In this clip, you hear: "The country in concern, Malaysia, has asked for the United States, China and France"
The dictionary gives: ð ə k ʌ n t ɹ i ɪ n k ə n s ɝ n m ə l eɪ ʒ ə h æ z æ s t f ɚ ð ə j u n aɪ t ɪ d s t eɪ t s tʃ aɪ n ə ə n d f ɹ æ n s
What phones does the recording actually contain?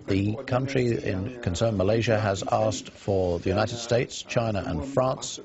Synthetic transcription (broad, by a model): ð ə k ʌ n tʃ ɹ i ɪ n k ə n s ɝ n m ə l eɪ ʒ ə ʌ z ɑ s t f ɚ ð ə j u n aɪ t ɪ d s t eɪ t s tʃ aɪ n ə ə n f ɹ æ n s